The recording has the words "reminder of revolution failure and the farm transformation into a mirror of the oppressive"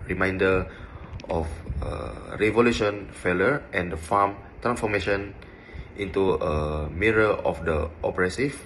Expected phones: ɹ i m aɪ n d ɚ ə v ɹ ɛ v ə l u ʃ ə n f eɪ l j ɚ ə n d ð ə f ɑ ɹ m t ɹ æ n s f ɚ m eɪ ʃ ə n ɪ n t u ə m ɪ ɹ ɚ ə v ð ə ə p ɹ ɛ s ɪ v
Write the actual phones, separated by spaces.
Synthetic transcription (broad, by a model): ɹ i m aɪ n d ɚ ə f ɹ ɛ v ə l u ʃ ə n f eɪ l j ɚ ə n d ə f ɑ m t ɹ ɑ n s f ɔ m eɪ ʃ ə n ɪ n t u ə m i ɹ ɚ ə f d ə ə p ɹ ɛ s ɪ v